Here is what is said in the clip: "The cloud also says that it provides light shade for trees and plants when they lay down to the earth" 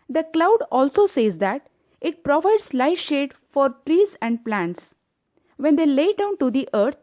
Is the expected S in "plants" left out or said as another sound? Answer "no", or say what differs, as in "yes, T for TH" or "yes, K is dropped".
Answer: no